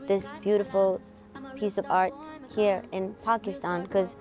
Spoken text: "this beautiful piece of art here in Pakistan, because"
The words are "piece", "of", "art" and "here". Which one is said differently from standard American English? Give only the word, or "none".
none